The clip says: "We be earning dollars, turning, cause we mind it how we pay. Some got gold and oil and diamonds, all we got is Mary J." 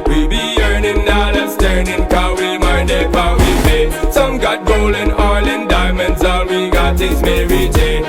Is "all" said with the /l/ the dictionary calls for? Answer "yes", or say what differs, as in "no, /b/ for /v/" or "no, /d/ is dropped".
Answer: no, /n/ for /l/